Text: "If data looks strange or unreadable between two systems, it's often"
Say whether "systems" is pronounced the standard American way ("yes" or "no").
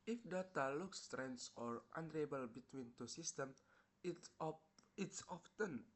no